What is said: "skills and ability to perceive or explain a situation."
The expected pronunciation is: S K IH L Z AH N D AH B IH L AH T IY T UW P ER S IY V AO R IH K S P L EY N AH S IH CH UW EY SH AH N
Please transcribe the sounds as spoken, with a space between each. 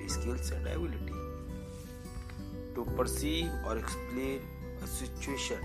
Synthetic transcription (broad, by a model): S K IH L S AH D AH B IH L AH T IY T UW P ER S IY AO R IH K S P L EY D AH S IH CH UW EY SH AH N